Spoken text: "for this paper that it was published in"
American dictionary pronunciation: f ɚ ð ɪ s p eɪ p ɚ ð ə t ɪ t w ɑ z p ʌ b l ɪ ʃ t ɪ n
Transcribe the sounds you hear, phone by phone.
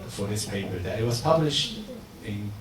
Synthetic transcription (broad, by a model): f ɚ ð ɪ s p eɪ p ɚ ð ə t ɪ t w ɑ z p ʌ b l ɪ ʃ t ɪ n